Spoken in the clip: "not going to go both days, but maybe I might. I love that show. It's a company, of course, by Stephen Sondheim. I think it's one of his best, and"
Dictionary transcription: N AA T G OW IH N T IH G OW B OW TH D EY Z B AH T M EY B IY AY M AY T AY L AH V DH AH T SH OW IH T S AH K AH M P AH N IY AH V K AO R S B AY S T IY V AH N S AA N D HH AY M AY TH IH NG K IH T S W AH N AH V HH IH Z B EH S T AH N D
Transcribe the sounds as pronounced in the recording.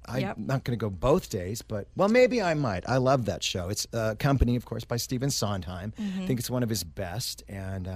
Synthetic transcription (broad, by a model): N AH T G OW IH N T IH G OW B OW TH D EY Z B AH T M EY B IY AY M AY T AY L AH V DH AH T SH OW IH T S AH K AH M P AH N IY AH V K AO R S B AY S T IY V AH N S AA N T AY M TH IH NG K IH T S W AH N AH V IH Z B EH S T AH N